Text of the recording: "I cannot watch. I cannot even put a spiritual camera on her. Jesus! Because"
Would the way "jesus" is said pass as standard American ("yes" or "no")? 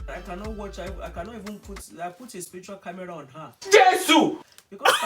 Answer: no